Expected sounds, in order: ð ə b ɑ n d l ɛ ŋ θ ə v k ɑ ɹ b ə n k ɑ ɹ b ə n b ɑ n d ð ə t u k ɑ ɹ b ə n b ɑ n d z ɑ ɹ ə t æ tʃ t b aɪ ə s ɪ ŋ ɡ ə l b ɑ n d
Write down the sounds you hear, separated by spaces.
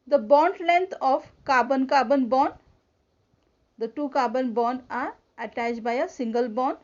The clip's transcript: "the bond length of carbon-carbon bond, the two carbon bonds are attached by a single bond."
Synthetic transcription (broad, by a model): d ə b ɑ n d l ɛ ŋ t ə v k ɑ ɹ b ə n k ɑ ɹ b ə n b ɑ n d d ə t u k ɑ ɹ b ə n b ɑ n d ɑ ɹ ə t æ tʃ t b aɪ ə s ɪ ŋ ɡ ə l b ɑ n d